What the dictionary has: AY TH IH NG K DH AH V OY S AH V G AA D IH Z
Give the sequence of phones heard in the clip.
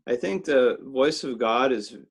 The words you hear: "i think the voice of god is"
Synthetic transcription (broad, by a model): AY TH IH NG K DH AH V OY S AH V G AA D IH Z